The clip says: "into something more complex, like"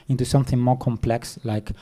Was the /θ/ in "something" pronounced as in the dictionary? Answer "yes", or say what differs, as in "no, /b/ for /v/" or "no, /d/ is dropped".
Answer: yes